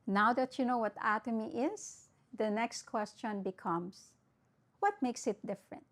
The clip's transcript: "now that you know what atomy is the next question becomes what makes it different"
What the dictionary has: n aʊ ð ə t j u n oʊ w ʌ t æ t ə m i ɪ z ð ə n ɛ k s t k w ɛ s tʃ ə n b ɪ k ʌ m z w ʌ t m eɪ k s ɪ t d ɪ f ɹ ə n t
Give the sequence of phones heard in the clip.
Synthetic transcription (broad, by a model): n aʊ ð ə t j u n oʊ w ʌ t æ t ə m i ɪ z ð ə n ɛ k s t k w ɛ s tʃ ə n b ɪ k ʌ m s w ʌ t m eɪ k s ɪ t d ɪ f ɹ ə n t